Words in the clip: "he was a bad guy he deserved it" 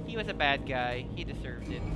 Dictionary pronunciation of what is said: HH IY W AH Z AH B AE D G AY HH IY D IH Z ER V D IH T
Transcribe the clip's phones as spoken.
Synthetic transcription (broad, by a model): HH IY W AH Z AH B AE D G AY HH IY D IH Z ER V D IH T